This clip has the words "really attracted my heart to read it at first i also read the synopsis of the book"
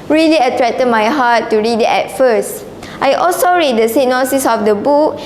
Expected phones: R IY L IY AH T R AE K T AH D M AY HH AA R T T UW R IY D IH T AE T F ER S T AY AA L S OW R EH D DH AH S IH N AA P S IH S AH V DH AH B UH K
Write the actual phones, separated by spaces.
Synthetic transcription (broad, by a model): R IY L IY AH T R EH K T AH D M AY HH AA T T UW R IY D IH T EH T F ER S T AY AA L S OW R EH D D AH S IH N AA S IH S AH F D AH B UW K